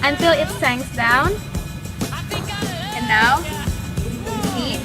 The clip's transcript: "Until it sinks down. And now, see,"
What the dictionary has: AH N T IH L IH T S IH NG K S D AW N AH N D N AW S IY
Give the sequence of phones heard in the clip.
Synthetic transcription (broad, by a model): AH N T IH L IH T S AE NG S D AW N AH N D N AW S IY